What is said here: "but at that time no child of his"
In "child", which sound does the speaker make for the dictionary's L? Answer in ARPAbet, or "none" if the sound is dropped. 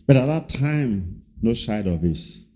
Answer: none